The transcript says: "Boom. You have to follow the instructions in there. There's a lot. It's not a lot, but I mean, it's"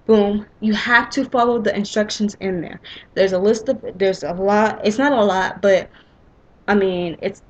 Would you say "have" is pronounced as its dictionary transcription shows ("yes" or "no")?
no